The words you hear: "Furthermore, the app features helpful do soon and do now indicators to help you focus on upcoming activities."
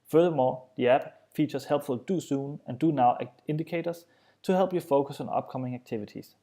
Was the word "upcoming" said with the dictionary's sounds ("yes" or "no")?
no